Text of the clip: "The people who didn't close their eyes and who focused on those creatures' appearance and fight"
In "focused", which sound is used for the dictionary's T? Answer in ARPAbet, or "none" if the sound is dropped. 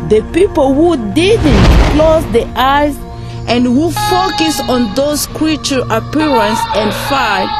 none